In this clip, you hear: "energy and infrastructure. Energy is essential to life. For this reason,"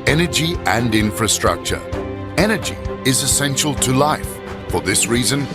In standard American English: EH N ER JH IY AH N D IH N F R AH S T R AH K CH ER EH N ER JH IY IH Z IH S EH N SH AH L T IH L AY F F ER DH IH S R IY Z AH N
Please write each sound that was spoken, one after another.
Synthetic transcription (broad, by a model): EH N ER JH IY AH N IH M F R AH S T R AH K CH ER EH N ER JH IY IH Z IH S EH N SH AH L T IH L AY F F ER DH IH S R IY Z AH N